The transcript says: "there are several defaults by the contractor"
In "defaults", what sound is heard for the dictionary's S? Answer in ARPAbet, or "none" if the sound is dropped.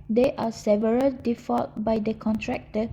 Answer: none